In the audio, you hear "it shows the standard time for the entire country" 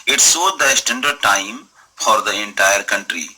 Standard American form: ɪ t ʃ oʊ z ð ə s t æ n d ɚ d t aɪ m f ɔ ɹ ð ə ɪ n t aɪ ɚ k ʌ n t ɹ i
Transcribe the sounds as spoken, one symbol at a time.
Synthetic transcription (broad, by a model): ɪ t s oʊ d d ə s t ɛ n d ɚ t aɪ m f ɔ ɹ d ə ɪ n t aɪ ɚ k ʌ n t ɹ i